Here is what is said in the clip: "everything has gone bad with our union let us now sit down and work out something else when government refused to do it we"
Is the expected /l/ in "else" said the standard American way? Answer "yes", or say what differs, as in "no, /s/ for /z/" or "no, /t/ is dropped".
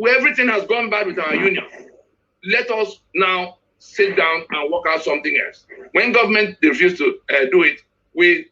yes